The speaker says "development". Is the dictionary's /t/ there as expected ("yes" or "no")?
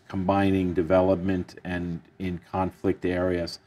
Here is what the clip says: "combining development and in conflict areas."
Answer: yes